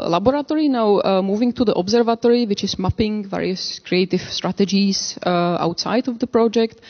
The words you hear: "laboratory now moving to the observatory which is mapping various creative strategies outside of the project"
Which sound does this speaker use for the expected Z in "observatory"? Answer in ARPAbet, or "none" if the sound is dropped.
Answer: Z